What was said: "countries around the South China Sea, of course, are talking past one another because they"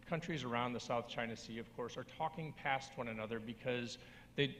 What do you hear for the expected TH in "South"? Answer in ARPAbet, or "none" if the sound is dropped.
TH